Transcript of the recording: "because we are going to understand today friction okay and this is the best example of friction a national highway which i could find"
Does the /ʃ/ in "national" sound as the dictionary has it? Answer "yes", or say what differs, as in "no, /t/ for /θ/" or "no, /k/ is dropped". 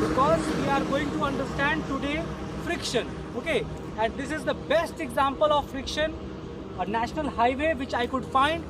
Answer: yes